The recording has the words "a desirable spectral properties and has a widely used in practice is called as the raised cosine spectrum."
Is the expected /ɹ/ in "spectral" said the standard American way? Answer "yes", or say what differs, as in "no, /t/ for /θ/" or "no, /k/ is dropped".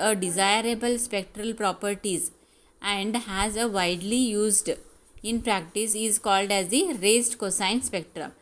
yes